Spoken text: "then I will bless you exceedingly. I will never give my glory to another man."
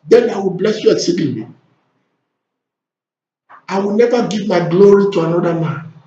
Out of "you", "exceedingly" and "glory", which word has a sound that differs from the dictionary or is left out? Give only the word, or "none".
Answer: exceedingly